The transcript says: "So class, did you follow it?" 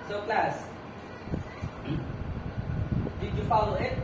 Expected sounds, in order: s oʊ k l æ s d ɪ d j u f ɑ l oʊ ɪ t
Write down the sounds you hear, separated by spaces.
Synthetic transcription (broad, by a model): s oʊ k l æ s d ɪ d j u f ɑ l oʊ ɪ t